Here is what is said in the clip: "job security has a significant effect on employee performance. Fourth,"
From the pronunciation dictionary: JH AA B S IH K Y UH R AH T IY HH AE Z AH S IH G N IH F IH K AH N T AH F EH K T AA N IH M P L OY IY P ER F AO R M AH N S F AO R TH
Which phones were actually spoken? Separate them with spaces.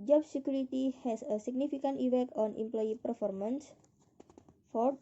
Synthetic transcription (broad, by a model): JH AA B S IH K Y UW R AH T IY HH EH S AH S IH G N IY F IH K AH N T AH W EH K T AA N IH M P L OY IY P ER F AO R M AH N S F AO R